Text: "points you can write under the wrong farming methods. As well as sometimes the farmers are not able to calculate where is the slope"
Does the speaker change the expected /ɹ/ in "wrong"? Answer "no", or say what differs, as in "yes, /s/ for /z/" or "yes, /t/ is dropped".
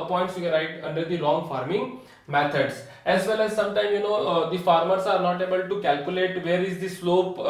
yes, /l/ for /ɹ/